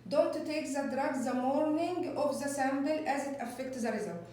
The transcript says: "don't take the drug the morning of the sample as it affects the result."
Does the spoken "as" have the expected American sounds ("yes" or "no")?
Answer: yes